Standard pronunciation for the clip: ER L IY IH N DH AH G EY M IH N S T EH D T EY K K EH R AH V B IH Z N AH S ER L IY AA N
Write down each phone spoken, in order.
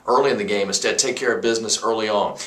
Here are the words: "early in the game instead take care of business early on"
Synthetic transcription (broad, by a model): ER L IY IH N DH AH G EY M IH S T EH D T EY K K EH R AH V B IH Z N AH S ER L IY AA N